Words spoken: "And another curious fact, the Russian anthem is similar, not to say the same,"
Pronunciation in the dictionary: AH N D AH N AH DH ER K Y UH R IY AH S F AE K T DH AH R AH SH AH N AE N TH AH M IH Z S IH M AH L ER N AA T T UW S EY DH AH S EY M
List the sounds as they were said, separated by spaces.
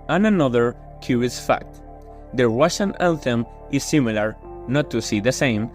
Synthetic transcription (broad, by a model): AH N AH N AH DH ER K Y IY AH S F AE K T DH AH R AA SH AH N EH L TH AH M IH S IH M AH L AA N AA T T UW S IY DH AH S EY M